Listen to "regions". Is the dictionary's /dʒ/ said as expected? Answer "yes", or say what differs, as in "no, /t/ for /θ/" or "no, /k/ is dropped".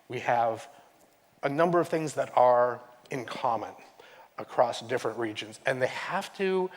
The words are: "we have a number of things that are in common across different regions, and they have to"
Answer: yes